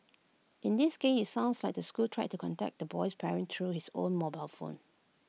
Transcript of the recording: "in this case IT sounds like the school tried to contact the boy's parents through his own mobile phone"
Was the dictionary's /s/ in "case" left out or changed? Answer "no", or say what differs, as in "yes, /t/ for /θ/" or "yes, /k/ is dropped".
yes, /s/ is dropped